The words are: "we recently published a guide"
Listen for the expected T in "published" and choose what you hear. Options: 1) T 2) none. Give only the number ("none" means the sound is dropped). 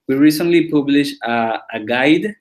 2